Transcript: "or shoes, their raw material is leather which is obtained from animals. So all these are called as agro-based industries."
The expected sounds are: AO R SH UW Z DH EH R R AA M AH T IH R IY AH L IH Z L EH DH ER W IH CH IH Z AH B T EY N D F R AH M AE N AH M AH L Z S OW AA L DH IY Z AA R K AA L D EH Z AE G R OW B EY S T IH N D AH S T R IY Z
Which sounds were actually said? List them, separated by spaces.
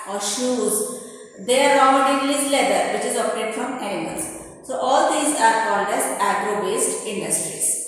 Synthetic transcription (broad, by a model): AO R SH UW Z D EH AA R AA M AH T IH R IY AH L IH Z L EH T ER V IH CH IH Z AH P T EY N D F R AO M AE AH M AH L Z S OW AA L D IY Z AA R K AA L D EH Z AE G R OW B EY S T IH N D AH S T R IY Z